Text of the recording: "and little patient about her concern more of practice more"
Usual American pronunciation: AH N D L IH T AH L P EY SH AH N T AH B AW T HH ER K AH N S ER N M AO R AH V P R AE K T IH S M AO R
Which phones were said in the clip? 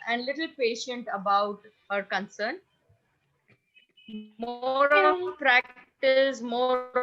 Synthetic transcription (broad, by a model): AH N D L IH T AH L P EY SH AH N T AH B AW T HH ER K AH N S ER N M AO R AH P R AE K T IH S M AO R